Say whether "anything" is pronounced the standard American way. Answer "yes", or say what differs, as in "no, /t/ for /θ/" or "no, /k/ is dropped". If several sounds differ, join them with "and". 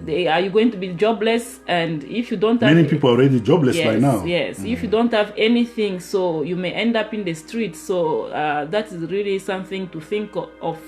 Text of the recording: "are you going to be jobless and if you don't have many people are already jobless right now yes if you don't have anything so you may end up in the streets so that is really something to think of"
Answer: yes